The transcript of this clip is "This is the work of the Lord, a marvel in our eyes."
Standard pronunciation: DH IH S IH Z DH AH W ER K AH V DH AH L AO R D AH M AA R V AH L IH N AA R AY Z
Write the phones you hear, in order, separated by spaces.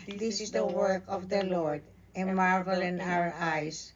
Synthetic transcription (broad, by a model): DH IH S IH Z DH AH W ER K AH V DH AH L AO R D AH M AA R V AH L IH N AA R AY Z